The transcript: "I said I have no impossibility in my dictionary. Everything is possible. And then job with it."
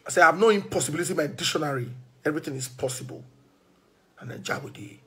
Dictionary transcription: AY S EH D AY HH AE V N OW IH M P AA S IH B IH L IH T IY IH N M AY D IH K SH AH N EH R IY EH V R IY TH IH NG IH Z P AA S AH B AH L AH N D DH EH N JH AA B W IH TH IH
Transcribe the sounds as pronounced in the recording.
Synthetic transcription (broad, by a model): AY S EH AY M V N OW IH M P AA S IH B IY L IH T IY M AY D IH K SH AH N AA R IY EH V R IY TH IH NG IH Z P AA S AH B AH L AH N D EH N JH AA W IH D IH